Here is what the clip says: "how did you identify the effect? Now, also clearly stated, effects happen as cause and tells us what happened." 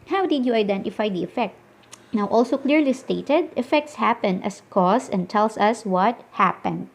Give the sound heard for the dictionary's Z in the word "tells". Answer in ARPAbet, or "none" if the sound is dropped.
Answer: S